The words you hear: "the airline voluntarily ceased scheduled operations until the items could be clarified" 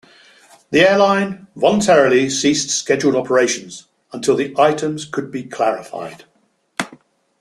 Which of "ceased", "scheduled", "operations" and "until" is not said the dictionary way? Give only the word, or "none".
none